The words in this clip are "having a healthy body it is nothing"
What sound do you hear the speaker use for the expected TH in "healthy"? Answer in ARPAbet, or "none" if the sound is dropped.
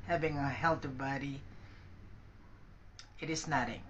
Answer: T